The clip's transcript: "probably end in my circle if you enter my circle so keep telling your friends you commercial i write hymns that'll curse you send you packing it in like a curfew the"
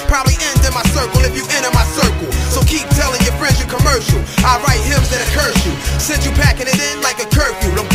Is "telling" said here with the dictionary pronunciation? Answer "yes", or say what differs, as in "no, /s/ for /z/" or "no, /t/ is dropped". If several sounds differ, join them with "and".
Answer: yes